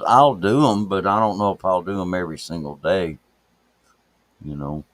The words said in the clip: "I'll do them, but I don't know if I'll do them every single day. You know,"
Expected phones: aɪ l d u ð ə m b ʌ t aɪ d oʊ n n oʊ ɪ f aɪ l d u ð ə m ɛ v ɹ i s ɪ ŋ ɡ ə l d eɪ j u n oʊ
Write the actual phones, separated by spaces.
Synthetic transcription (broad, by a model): aɪ l d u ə m b ʌ t aɪ d oʊ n n oʊ ɪ f aɪ l d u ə m ɛ v ɹ i s ɪ ŋ ɡ l d eɪ j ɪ n oʊ